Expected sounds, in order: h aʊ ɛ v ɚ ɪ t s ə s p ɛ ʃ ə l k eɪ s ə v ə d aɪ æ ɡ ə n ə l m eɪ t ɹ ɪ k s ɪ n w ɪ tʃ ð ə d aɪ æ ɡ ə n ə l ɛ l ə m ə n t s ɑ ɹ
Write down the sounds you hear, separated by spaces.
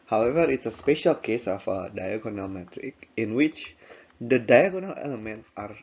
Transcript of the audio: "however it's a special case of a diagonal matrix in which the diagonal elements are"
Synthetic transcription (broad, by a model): h aʊ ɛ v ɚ ɪ t s ə s p ɛ ʃ ə l k eɪ s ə f ə d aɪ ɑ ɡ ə n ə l m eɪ t ɹ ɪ k ɪ n w ɪ tʃ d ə d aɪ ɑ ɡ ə n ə l ɛ l ə m ə n t s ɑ ɹ